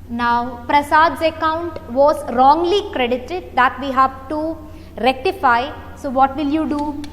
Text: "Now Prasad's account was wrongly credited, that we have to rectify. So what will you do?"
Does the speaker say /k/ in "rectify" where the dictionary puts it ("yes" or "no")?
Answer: yes